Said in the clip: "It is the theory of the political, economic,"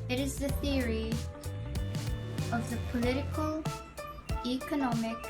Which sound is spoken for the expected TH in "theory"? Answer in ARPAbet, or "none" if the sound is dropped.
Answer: TH